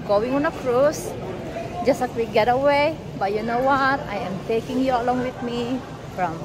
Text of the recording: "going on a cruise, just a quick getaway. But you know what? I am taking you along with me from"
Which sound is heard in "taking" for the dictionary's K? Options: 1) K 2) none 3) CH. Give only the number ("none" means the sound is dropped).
1